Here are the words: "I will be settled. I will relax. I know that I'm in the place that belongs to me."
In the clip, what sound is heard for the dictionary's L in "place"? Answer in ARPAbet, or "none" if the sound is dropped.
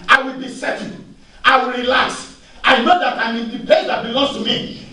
none